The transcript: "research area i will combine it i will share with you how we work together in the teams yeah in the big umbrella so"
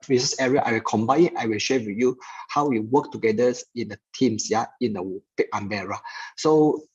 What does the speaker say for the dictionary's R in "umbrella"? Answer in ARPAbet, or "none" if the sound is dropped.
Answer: none